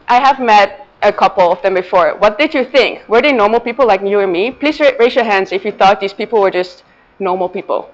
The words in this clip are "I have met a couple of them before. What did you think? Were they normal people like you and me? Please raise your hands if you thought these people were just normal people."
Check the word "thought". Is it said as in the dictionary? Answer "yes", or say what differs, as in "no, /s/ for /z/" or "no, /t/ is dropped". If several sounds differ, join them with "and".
yes